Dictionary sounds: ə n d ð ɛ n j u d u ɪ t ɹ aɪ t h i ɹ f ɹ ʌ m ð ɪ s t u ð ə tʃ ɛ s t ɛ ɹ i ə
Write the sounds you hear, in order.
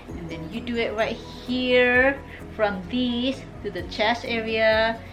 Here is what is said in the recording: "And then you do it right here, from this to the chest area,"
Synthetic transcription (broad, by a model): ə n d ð ɛ n j u d u ɪ t ɹ aɪ t h i ɹ f ɹ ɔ m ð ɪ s t u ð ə tʃ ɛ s ɛ ɹ i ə